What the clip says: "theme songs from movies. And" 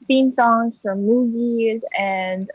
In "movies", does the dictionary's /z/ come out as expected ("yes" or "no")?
yes